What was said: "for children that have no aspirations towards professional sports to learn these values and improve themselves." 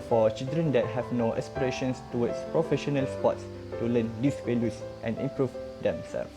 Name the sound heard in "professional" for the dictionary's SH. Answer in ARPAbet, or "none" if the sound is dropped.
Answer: SH